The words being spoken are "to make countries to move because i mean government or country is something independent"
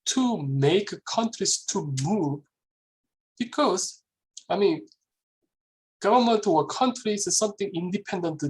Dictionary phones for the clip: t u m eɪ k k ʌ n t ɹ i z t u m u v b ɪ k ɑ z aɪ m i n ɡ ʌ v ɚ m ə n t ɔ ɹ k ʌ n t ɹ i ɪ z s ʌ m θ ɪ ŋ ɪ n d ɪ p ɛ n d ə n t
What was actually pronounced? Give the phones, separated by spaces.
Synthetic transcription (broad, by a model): t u m eɪ k k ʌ n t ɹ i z t u m u v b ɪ k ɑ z aɪ m i n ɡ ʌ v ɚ m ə n t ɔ w k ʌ n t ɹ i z s ʌ m θ ɪ ŋ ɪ n d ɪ p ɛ n d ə n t